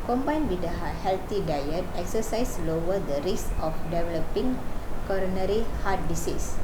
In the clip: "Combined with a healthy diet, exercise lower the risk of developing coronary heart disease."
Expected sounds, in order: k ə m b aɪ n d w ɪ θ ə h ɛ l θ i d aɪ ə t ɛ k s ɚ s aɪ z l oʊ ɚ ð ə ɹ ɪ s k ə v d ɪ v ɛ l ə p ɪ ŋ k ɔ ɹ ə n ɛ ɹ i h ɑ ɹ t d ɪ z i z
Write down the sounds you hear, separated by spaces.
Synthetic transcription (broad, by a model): k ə m b aɪ n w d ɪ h ə h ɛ l t i d aɪ ə t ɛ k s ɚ s aɪ s l oʊ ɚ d ə ɹ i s ə f d ɪ v ɛ l ə p ɪ ŋ k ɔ ɹ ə n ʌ ɹ i h ɑ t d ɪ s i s